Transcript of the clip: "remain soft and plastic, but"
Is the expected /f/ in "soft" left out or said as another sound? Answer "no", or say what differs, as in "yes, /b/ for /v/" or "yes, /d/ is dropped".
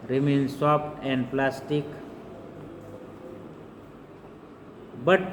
yes, /p/ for /f/